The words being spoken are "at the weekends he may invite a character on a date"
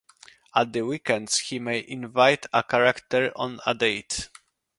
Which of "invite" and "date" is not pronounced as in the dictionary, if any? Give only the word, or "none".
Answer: none